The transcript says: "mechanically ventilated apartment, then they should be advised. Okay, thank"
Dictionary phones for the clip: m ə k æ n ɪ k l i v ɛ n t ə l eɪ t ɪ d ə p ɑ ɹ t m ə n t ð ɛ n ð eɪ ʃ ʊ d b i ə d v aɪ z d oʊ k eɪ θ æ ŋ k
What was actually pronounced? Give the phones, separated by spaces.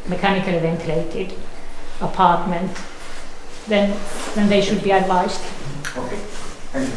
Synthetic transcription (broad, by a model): m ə k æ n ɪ k l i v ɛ n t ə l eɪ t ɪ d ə p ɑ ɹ t m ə n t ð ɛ n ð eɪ ʃ ʊ d b i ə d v aɪ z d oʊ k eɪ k